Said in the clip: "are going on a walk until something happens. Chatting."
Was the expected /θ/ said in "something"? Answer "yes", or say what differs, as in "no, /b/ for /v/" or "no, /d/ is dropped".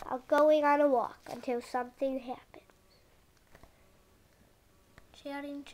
yes